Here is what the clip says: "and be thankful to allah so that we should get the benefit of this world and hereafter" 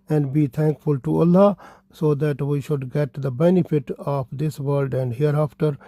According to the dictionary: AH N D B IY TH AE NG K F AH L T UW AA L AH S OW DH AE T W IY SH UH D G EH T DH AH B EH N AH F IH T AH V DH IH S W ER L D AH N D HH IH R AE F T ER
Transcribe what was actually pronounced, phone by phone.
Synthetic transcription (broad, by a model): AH N D B IY T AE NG K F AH L T UW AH L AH S OW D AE T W IY SH UH D G EH T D AH B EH N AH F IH T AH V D IH S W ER L D AH N D HH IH R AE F T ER